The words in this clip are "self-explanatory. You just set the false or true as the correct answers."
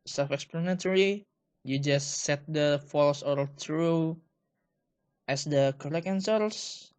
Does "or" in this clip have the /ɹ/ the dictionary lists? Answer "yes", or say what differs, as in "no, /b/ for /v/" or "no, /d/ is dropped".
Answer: no, /l/ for /ɹ/